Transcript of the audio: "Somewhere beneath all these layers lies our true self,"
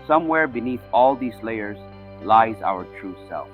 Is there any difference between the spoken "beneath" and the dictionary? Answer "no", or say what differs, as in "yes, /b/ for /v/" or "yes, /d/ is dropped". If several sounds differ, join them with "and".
no